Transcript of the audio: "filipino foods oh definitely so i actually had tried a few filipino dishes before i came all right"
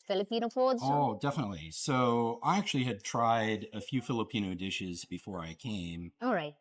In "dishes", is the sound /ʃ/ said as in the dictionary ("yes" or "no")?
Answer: yes